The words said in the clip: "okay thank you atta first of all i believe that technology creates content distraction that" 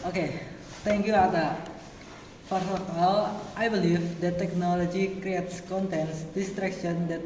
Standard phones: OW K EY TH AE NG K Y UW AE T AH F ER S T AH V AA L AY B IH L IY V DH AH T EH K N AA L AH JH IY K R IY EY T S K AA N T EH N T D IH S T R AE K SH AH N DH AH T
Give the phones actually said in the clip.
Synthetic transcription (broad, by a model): OW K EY T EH NG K Y UW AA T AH F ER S AH F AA L AY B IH L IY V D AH T EH K N AA L AH JH IY K R IY EY T S K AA N T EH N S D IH S T R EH K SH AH N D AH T